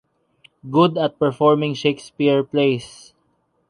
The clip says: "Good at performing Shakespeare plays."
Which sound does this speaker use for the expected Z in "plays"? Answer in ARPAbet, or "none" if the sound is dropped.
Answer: S